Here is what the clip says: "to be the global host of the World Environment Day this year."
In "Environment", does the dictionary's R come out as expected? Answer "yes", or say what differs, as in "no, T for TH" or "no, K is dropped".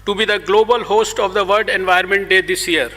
no, R is dropped